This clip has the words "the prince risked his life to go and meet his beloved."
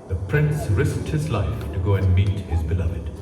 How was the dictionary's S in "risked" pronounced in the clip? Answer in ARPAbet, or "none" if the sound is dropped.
S